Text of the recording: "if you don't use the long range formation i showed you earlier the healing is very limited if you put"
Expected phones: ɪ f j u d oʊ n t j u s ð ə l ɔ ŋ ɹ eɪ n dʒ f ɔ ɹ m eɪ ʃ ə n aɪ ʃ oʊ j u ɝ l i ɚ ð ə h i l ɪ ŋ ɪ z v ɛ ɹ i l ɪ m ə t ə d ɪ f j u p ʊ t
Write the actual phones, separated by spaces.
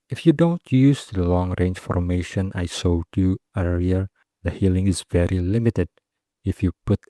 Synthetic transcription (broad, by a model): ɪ f j u d oʊ n t j u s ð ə l ɔ ŋ ɹ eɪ n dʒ f ɔ ɹ m eɪ ʃ ə n aɪ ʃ oʊ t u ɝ i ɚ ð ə h i l ɪ ŋ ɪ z v ɛ ɹ i l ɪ m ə t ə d ɪ f j u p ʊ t